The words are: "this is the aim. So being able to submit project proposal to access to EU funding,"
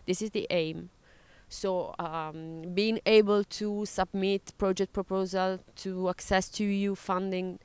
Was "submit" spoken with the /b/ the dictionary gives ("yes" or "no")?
yes